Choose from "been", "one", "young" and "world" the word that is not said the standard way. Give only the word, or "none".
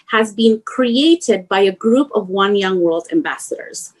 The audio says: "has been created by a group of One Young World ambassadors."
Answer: none